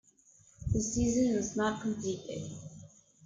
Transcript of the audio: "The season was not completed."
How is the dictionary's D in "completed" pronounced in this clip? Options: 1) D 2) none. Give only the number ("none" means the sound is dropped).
2